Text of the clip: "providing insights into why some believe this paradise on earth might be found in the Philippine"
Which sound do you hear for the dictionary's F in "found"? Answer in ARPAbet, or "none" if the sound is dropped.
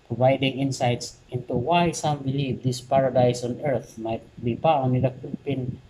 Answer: P